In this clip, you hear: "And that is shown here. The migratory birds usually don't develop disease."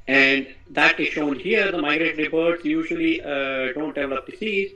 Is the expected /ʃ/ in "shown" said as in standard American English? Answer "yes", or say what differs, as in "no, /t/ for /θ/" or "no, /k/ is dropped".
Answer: yes